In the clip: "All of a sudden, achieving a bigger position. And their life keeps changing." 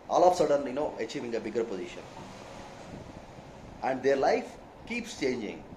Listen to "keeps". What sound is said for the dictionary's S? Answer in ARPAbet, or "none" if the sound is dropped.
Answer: S